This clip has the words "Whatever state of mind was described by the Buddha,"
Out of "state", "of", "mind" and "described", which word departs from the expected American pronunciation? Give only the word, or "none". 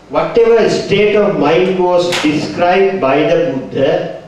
none